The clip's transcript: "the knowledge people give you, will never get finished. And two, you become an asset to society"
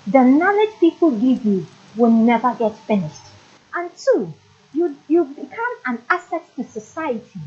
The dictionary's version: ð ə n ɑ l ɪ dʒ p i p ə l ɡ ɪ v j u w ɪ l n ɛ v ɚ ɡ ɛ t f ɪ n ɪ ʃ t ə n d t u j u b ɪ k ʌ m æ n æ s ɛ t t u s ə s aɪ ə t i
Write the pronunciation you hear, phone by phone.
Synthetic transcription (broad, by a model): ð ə n ɑ l ɪ dʒ p i p ə l ɡ ɪ v j u w ɪ l n ɛ v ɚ ɡ ɛ t f ɪ n ɪ ʃ t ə n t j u j u b ɪ k ʌ m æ n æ s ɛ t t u s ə s aɪ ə t i